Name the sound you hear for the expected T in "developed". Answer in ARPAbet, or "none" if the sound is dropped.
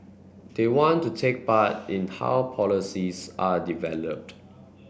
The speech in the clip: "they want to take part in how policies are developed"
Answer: T